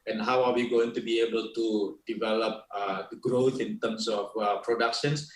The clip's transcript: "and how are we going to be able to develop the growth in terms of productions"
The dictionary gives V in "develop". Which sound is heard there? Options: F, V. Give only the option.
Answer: V